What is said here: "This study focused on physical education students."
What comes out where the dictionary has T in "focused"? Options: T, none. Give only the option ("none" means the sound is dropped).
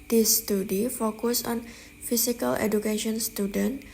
none